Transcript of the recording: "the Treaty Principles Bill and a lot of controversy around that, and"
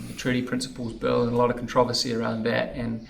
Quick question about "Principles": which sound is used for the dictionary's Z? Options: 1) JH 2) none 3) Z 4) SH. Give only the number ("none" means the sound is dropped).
3